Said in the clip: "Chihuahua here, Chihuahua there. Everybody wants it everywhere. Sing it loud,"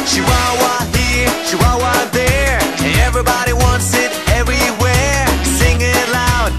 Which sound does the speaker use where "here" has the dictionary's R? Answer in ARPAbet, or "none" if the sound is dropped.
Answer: R